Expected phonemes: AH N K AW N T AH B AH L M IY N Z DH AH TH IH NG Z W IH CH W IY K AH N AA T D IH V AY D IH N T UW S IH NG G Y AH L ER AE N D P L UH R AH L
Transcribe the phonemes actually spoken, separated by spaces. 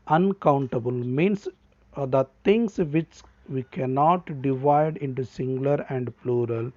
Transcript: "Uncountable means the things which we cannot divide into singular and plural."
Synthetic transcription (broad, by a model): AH N K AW N T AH B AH L M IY N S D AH T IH NG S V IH CH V IY K AH N AA T D IH V AY D IH N T UW S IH NG G L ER AE N D P L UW R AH L